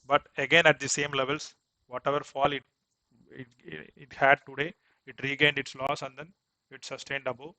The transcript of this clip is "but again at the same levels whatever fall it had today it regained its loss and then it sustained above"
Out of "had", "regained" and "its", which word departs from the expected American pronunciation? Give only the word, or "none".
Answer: none